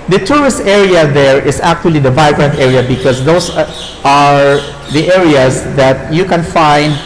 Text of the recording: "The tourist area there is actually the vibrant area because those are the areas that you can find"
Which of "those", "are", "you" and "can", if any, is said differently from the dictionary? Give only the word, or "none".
those